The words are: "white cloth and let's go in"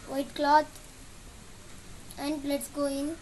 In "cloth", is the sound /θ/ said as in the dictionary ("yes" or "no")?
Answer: no